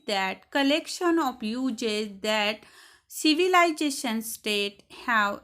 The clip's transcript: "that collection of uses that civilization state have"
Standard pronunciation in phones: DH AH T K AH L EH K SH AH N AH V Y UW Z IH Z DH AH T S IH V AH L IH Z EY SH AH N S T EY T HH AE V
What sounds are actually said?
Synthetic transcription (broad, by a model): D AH T K AH L EH K SH AH N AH P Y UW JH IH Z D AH T S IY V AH L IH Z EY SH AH N S T EY T HH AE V